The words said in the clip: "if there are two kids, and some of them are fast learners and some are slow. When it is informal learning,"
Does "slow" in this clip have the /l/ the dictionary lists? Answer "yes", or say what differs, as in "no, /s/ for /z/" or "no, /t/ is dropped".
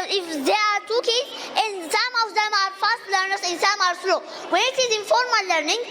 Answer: yes